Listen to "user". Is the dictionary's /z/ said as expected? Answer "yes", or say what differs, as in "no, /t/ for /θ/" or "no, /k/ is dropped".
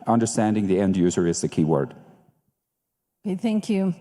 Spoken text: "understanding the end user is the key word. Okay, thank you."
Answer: yes